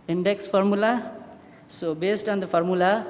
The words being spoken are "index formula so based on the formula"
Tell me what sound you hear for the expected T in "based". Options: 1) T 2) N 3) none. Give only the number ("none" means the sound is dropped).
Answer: 1